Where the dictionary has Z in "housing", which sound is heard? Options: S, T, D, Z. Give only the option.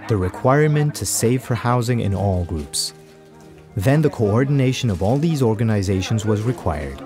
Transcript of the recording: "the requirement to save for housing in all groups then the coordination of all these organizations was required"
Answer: Z